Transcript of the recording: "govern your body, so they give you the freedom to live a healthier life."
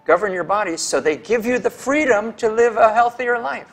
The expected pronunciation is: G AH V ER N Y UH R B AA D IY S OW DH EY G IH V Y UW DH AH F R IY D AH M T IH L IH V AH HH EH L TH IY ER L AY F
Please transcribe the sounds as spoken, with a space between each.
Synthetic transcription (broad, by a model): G AH V ER N Y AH R B AA D IY S OW DH EY G IH V Y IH DH AH F R IY D AH M T IH L IH V AH HH EH L TH IY ER L AY F